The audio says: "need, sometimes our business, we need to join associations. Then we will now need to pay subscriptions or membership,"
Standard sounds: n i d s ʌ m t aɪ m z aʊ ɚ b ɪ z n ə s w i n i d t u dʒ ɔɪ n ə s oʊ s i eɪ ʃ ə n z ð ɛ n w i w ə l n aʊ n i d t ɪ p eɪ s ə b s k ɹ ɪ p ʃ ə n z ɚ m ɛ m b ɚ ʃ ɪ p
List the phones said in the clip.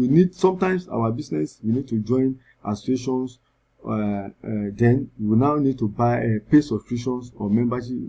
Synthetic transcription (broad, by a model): n i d s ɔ m t aɪ m s aʊ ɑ b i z n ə s w i n i d t u dʒ ɔɪ n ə s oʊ s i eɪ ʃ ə n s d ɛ n w i n aʊ n i d t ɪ p eɪ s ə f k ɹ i ʃ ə n s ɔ m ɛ m b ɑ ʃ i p